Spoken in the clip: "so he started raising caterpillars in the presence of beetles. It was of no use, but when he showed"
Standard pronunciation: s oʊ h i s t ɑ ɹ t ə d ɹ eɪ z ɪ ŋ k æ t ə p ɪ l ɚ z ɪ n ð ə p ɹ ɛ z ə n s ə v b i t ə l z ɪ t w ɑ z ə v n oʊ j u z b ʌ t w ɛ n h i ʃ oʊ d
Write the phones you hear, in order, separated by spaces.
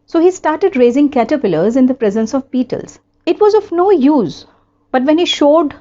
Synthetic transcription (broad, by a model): s oʊ h i s t ɑ ɹ t ə d ɹ eɪ z ɪ ŋ k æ t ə p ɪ l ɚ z ɪ n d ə p ɹ ɛ z ə n s ə v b i t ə l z ɪ t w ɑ z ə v n oʊ j u z b ʌ t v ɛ n h i ʃ oʊ d